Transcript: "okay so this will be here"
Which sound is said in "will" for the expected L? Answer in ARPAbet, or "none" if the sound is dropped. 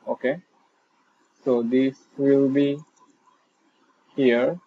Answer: L